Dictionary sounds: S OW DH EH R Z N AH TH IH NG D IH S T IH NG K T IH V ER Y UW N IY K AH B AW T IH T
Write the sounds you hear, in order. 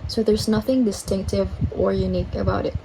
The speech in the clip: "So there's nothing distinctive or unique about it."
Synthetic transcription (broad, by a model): S OW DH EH R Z N AH TH IH NG D IH S T IH NG K T IH V ER Y UW N IY K AH B AW T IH T